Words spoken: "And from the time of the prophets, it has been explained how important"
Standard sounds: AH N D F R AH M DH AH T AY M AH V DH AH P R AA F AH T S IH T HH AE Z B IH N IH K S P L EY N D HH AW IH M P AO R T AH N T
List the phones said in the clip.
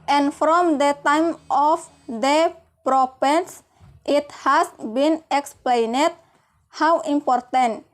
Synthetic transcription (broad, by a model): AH N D F R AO M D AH T AY M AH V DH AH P R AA P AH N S IH T HH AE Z B IH N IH K S P L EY N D HH AW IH M P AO R T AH N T